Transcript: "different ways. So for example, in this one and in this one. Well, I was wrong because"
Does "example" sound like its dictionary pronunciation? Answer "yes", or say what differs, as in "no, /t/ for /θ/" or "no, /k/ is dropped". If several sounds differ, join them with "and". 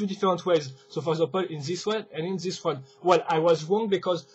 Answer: no, /m/ is dropped